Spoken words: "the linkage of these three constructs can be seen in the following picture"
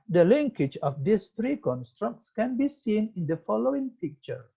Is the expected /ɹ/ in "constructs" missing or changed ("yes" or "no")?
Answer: no